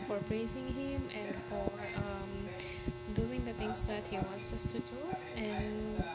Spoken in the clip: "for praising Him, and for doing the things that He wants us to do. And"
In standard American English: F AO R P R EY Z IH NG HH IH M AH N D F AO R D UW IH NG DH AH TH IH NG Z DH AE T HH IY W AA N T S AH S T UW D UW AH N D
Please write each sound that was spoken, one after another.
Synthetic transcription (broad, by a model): F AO R P R EY Z IH NG HH IH M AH N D F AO R D UW IH NG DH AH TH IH NG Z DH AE T HH IY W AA N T S AH S T UW D UW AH N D